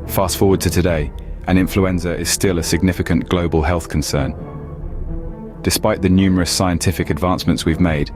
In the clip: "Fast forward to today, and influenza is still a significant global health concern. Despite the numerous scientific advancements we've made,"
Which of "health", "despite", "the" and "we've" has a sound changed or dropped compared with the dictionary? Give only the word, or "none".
none